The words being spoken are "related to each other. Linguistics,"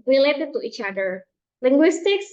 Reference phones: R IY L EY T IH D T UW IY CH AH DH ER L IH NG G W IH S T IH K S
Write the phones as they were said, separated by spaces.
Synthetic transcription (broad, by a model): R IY L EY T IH T UW IY CH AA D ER L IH NG G W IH S T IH K S